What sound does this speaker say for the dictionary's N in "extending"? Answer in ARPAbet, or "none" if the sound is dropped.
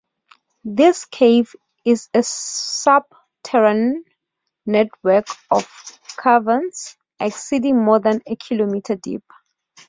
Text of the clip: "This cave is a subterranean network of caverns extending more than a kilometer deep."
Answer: none